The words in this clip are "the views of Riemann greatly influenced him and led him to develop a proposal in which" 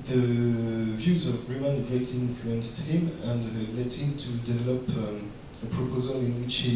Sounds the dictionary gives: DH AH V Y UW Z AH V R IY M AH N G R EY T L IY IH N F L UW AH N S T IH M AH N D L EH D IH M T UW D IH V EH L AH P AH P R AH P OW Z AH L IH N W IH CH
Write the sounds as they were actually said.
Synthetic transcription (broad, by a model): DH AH V Y UW Z AH V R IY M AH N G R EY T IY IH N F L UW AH N S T IH M AH N D L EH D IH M T UW D IH V EH L AH P AH P R AH P OW Z AH L IH N W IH CH